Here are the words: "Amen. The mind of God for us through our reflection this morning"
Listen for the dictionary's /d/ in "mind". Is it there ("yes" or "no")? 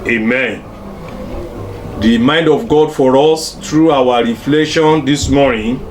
yes